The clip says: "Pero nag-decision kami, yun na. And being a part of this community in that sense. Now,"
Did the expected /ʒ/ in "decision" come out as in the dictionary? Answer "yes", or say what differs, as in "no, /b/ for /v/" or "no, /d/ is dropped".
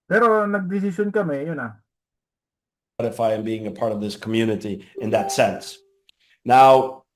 no, /s/ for /ʒ/